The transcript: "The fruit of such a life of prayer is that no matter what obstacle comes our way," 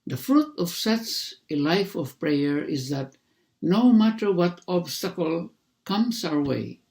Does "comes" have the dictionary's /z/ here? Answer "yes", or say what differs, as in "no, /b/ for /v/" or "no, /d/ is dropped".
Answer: no, /s/ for /z/